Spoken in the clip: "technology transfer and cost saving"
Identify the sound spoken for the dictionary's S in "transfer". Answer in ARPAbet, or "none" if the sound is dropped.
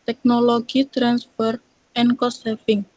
S